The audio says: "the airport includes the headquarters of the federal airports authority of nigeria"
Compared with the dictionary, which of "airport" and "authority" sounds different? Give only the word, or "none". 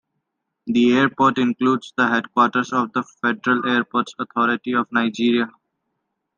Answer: authority